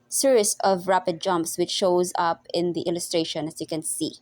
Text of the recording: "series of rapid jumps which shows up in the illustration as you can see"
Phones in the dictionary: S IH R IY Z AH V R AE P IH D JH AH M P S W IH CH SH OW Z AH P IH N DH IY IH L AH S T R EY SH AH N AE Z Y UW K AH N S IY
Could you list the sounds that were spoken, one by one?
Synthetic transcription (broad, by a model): S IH R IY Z AH V R AE P IH D JH AH M P S W IH CH SH OW Z AH P IH N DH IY IH L AH S T R EY SH AH N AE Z Y UW K AH N S IY